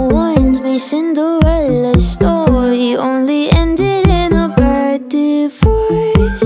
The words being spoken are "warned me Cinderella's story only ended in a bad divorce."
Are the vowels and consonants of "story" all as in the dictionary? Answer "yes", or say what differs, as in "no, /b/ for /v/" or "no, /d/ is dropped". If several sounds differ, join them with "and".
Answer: no, /ɹ/ is dropped